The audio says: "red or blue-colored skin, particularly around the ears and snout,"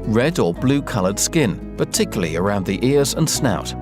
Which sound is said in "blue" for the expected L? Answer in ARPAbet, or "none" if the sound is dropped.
L